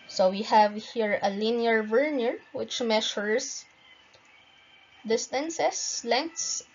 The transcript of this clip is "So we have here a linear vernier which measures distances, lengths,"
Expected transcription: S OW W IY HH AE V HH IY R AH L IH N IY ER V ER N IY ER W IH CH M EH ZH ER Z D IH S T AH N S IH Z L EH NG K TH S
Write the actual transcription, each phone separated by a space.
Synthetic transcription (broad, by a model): S OW W IY HH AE V HH IY R AH L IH N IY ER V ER N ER W IH CH M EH SH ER S D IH S T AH N S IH S L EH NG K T S